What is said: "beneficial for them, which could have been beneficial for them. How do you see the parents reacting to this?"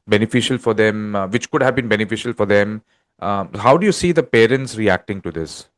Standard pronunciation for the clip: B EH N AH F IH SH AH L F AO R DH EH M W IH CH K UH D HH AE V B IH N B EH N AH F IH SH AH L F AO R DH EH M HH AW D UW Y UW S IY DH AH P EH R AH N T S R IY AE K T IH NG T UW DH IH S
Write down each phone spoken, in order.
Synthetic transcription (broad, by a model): B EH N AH F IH SH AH L F AO R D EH M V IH CH K UH D HH AE V B IH N B EH N AH F IH SH AH L F AO R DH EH M HH AW D UW Y UW S IY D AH P EH R AH N T S R IY AE K T IH NG T UW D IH S